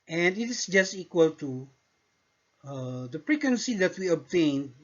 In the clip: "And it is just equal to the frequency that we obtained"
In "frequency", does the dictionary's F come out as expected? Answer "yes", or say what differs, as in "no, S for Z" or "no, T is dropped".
no, P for F